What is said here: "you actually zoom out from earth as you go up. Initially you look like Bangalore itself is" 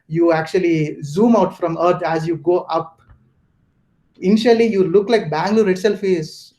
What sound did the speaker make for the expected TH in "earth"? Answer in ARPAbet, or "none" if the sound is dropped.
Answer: T